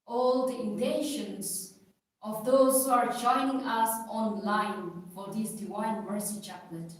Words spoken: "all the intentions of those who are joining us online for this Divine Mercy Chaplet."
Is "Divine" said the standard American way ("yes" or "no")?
no